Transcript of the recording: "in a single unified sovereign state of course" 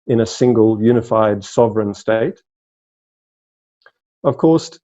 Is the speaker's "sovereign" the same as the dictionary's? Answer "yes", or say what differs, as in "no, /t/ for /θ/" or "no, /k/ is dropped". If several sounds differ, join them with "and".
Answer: yes